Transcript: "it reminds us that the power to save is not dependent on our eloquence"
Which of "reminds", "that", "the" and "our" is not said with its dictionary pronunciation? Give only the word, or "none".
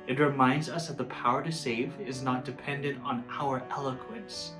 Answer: none